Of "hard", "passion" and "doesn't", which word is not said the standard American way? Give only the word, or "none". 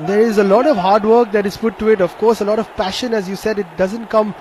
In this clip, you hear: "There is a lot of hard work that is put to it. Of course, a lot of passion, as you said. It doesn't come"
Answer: none